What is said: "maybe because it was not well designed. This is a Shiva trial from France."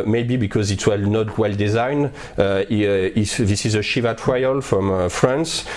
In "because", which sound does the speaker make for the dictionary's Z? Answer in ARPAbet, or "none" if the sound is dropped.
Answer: Z